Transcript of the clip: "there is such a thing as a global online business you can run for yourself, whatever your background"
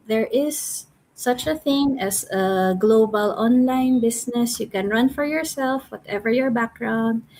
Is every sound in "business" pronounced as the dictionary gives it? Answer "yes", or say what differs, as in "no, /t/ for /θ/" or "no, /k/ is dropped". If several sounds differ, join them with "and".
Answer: no, /s/ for /z/